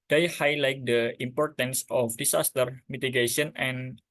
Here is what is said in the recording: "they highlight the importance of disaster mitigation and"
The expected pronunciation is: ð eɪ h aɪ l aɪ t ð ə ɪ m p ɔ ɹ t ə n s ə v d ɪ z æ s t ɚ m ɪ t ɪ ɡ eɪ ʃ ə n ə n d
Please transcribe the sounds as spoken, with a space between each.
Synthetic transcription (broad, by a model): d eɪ h aɪ l aɪ t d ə ɪ m p ɔ ɹ t ə n s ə f d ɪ s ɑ s t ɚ m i t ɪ ɡ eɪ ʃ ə n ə n